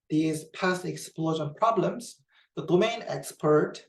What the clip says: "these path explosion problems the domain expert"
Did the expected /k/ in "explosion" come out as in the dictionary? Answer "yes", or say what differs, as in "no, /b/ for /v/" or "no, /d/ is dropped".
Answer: yes